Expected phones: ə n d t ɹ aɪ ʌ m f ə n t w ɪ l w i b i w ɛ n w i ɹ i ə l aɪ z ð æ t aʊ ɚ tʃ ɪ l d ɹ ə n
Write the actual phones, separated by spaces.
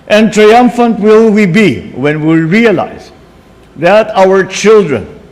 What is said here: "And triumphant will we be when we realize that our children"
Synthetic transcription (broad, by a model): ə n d t ɹ aɪ ʌ m f ə n t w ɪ l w i b i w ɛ n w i ɹ i ə l aɪ z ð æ t aʊ ɚ tʃ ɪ l d ɹ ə n